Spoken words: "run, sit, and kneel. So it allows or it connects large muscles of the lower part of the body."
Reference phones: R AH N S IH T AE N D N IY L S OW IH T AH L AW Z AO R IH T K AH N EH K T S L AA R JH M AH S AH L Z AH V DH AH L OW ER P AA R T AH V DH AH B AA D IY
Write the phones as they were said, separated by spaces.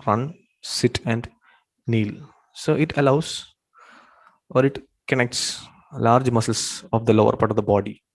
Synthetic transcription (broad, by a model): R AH N S IH T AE N D N IY L S OW IH T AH L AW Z AO R IH T K AH N EH K T S L AA R JH M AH S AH L S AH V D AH L OW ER P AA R T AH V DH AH B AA D IY